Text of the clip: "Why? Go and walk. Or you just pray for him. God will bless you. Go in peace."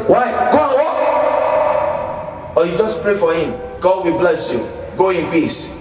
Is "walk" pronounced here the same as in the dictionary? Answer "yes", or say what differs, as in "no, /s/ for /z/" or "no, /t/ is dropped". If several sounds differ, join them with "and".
no, /k/ is dropped